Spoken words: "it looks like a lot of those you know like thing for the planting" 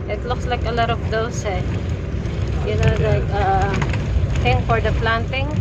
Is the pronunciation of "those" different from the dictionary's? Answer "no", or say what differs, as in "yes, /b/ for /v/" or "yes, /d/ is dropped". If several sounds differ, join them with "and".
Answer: yes, /s/ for /z/